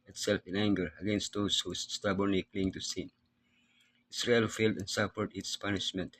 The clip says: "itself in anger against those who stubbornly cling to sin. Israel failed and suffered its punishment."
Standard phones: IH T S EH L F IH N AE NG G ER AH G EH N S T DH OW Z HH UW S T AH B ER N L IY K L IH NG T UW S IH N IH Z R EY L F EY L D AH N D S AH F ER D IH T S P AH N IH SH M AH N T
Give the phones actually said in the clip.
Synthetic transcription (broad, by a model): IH T S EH L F IH N AE NG G ER AH G EH N S T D OW S HH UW S T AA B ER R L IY K L IH NG T UW S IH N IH S R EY L F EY L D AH N S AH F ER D IH T S P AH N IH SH M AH N T